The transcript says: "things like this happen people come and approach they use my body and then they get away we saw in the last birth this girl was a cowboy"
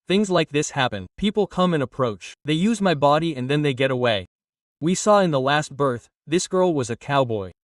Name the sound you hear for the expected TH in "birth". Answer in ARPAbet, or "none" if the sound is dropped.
TH